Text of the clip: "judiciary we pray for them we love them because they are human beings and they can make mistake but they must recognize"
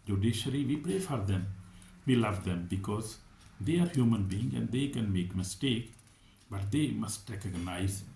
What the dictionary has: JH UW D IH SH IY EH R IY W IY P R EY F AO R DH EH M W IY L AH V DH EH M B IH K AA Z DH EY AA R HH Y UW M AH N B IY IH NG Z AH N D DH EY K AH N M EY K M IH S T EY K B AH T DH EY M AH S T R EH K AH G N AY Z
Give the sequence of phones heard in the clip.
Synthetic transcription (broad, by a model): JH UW D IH SH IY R IY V IY P R EY F AO R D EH M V IY L AH V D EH M B IH K AA Z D EY AA R HH Y UW M AH N B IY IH NG AH N D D EY K AH N M EY K M IH S T EY K B AH T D EY M AH S T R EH K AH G N AY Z